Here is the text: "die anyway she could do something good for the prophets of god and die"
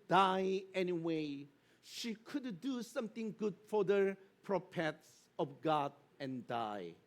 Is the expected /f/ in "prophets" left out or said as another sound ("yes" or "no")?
yes